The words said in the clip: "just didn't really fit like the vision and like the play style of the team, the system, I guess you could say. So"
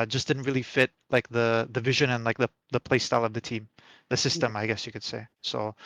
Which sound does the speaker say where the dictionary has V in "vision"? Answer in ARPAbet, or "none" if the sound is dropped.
V